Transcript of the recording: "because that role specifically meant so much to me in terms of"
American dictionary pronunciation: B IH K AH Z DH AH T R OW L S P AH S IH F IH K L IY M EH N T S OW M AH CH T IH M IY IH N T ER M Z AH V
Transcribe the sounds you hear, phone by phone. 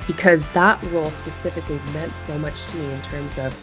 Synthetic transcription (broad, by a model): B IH K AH Z DH AH T R OW L S P AH S IH F IH K L IY M EH N T S OW M AH CH T IH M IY IH N T ER M Z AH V